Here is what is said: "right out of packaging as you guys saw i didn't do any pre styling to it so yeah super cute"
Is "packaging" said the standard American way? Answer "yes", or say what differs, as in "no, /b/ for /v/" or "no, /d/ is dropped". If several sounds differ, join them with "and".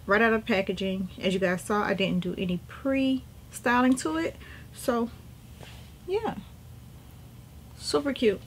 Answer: yes